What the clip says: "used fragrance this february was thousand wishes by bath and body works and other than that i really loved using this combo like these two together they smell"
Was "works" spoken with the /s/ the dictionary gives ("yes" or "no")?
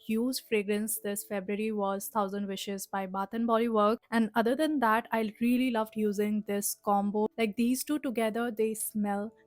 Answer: no